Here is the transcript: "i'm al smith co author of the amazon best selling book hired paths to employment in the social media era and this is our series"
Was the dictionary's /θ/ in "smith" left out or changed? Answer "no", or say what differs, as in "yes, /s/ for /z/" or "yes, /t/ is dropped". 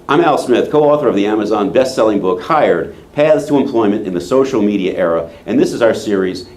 no